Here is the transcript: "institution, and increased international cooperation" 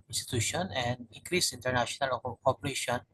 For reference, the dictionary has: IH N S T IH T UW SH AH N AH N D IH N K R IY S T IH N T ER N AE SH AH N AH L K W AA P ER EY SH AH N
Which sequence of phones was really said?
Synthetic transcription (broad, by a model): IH N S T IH T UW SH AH N AH N D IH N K R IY S IY N T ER N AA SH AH N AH L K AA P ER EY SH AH N